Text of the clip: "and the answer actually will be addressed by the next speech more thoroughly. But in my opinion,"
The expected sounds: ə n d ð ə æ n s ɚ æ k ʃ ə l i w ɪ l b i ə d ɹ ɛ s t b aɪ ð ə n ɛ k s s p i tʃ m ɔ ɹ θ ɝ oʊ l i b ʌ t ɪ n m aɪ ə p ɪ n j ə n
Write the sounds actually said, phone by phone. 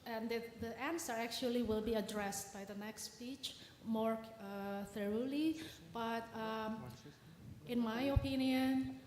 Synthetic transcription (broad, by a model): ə n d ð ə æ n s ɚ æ k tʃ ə l i w ɪ l b i ə d ɹ ɛ s t b aɪ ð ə n ɛ k s s p i tʃ m ɔ ɹ θ ɝ oʊ l i b ʌ t ɪ n m aɪ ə p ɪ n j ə n